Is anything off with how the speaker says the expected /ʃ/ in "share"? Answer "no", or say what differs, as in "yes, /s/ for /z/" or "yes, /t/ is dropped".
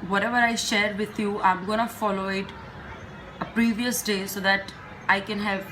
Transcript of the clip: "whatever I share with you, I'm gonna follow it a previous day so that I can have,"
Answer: no